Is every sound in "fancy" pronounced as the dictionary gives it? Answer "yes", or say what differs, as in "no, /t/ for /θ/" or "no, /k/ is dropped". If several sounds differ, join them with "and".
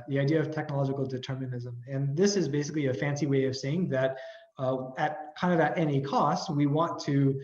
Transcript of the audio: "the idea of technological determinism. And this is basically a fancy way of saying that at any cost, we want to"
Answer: yes